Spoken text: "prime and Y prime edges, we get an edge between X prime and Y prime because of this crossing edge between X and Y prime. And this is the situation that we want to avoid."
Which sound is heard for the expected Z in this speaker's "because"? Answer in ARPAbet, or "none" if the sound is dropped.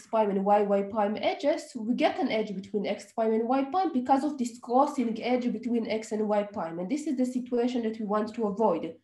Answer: Z